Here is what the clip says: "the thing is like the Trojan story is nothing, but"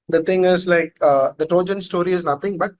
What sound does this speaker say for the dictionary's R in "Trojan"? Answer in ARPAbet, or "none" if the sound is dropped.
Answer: none